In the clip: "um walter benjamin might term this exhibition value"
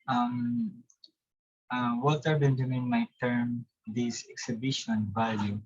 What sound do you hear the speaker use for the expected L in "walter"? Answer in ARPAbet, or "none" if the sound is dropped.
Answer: none